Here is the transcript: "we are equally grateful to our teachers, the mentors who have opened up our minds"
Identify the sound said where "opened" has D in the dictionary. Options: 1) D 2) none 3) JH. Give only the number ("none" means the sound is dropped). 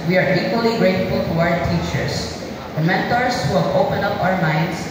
2